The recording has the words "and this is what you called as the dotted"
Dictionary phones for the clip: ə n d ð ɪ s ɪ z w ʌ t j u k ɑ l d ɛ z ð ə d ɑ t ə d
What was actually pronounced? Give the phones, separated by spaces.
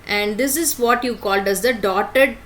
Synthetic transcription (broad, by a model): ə n d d ɪ s ɪ z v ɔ t j u k ɑ l d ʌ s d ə d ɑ t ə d